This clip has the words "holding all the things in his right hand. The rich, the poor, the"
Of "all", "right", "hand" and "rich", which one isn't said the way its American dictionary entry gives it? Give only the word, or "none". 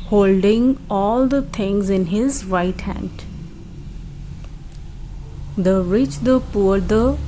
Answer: none